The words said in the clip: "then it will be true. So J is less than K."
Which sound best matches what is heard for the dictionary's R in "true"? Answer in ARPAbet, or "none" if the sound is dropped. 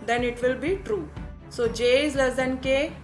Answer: R